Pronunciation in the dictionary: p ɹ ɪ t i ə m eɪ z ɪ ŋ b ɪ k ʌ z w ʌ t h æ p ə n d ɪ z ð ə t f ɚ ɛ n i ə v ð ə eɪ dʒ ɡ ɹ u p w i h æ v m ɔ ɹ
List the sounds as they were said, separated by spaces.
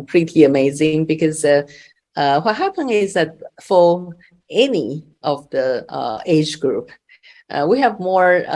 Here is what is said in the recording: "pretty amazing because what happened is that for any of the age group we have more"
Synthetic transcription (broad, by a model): p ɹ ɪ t i ə m eɪ z ɪ ŋ b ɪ k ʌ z w ʌ t h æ p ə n ɪ z ð ə t f ɚ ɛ n i ə v ð ə eɪ dʒ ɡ ɹ u p w i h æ v m ɔ ɹ